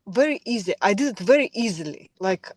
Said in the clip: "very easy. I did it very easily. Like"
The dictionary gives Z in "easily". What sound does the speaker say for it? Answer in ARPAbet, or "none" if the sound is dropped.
Z